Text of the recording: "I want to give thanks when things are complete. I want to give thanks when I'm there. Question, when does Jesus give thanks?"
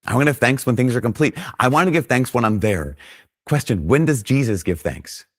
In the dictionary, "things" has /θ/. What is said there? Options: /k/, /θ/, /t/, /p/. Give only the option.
/θ/